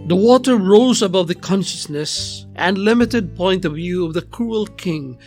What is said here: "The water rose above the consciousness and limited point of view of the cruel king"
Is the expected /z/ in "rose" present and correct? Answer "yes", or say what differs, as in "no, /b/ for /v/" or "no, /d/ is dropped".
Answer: yes